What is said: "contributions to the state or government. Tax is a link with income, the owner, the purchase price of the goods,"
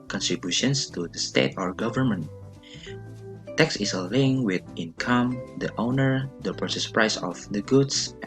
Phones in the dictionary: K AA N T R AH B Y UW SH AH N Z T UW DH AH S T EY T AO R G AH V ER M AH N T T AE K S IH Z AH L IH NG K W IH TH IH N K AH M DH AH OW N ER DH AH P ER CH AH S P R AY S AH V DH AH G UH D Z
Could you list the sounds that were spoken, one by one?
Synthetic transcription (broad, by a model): K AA N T R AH B Y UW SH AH N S T UW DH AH S T EY T AO R G AH V ER M AH N T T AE K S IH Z AH L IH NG W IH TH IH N K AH M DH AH OW N ER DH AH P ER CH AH S P R AY S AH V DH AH G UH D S